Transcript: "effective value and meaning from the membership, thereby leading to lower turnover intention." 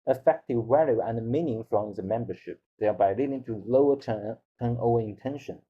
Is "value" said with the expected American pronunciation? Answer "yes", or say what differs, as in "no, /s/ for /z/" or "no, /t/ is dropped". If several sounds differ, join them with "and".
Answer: no, /w/ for /v/